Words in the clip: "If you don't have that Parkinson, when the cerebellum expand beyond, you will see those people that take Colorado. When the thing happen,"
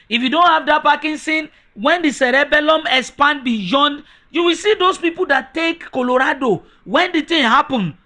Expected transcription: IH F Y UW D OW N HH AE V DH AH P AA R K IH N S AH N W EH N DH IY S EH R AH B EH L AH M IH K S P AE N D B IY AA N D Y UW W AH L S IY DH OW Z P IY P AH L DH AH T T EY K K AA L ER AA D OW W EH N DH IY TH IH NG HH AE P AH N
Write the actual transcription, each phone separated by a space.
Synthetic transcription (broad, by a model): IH F Y UW D OW N HH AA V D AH P AA K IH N S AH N W EH N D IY S EH R AH B EH L AH M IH S P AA N B IY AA N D Y UW W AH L S IY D OW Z P IY P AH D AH T T EY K K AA L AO AA D OW W EH N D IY T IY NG HH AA P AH N